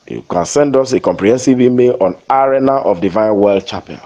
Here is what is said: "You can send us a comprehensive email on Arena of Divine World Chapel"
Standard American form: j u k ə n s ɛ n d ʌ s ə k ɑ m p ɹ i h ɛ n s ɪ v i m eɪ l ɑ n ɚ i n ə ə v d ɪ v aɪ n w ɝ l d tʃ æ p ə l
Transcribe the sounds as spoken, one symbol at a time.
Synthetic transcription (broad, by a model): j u k ə n s ɛ n d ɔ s ə k ɑ m p ɹ i h ɛ n s ɪ v i m eɪ l ɑ n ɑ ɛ n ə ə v d ɪ v aɪ n w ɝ l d tʃ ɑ p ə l